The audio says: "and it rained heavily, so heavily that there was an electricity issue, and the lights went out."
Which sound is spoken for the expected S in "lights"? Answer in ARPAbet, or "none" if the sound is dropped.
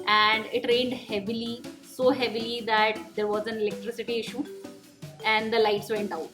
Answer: S